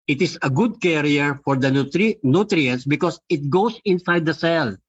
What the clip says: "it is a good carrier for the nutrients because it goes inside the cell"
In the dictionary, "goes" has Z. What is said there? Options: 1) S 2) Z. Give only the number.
1